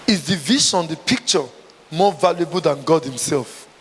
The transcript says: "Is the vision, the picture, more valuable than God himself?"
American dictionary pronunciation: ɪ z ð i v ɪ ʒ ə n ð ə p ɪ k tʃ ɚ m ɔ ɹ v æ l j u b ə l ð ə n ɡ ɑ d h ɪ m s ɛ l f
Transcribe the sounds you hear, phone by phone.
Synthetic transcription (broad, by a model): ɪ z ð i v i s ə n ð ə p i k tʃ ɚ m ɔ v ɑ l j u b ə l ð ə n ɡ ɑ d h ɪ m s ɛ l f